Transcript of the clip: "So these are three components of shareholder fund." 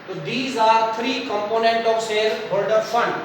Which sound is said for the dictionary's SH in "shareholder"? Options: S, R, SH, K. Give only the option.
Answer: S